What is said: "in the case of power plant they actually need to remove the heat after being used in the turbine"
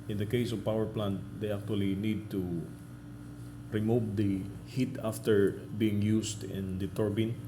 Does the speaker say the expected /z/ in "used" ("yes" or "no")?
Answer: no